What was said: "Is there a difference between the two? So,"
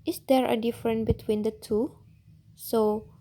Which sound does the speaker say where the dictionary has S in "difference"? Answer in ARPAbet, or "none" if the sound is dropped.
none